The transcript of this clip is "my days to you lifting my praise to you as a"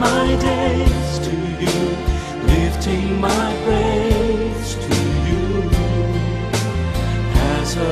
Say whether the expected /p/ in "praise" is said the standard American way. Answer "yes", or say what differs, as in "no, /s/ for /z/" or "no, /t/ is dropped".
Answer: no, /b/ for /p/